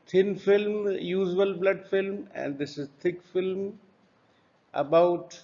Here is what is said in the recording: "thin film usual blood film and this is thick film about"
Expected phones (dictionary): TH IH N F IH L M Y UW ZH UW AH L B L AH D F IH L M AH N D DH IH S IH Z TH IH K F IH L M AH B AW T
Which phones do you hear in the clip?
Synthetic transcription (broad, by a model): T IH N F IH L M Y UW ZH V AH L B L AH D F IH L M AH N D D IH S IH Z T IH K F IH L M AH B AW T